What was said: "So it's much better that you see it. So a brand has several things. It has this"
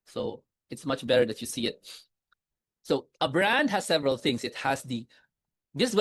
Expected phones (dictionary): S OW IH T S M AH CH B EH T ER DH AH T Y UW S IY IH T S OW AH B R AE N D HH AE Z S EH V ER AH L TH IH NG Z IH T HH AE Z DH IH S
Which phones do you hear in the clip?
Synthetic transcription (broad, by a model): S OW IH T S M AH CH B EH T ER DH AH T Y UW S IY IH T S OW AH B R AE N D HH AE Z S EH V ER AH L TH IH NG S IH T HH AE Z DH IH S